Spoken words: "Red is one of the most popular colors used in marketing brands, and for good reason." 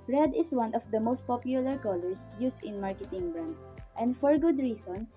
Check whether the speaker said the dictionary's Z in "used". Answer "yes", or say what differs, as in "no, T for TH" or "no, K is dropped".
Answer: no, S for Z